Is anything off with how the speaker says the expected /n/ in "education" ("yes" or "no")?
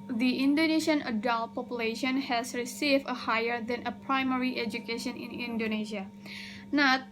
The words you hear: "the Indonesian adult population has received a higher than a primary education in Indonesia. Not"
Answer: no